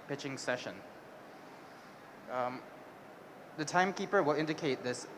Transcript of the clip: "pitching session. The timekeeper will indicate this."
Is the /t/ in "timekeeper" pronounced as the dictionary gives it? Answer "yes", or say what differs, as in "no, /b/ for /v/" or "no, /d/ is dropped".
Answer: yes